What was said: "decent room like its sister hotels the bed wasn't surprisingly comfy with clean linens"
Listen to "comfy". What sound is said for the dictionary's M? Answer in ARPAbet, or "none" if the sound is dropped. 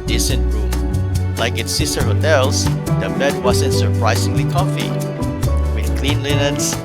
none